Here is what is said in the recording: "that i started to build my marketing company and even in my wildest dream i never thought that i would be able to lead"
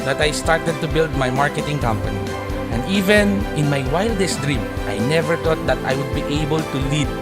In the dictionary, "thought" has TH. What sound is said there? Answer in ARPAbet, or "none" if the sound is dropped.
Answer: T